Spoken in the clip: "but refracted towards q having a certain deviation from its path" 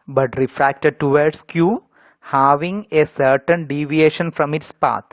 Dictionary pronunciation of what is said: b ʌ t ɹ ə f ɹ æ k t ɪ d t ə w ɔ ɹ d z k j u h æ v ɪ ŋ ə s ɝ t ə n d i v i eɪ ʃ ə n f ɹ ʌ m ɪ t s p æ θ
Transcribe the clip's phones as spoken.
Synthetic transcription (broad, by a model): b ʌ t ɹ ə f ɹ æ k t ɪ d t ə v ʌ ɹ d s k j u h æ v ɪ ŋ ə s ɝ t ə n d i v i eɪ ʃ ə n f ɹ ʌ m ɪ t s p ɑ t